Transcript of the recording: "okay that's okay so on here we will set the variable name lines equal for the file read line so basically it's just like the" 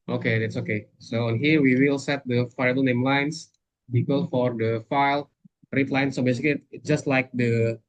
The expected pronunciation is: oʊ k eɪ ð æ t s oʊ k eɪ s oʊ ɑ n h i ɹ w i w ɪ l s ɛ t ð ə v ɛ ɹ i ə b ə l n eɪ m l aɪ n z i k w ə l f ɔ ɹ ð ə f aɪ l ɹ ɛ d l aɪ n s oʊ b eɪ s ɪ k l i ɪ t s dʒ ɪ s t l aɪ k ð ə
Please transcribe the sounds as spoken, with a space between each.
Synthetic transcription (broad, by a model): oʊ k eɪ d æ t s oʊ k eɪ s oʊ ɑ n h i ɹ w i w ɪ l s ɛ t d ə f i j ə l n eɪ m l aɪ n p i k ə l f ɔ ɹ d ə f aɪ l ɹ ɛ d l aɪ n s oʊ b eɪ s ɪ k l i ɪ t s dʒ ɪ s t l aɪ k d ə